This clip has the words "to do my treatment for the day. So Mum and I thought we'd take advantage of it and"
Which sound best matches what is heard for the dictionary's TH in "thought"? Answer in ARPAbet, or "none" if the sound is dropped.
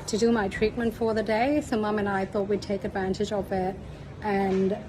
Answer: TH